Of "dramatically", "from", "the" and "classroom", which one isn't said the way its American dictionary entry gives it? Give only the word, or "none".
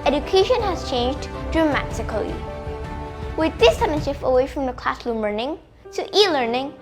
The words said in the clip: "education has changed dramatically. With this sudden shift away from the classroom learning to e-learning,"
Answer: classroom